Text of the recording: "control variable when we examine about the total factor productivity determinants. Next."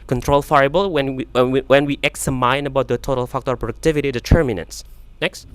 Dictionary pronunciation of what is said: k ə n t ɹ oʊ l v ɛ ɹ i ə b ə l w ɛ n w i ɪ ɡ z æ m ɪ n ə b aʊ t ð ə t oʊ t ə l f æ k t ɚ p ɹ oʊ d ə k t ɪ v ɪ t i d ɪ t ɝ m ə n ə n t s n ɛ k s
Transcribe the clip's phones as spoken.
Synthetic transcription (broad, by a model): k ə n t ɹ oʊ l f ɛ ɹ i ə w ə n w ɛ n w i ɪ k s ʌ m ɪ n ə b aʊ t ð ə t oʊ t ə l f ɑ k t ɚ p ɹ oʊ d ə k t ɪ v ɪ t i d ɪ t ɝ m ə n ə n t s n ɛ k s